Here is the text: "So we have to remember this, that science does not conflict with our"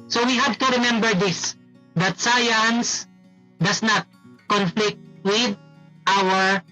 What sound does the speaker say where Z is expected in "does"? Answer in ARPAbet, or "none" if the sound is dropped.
S